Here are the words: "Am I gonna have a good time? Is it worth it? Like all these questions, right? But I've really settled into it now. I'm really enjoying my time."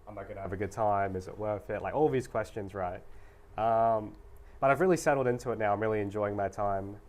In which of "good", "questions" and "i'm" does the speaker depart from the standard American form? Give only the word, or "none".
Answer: none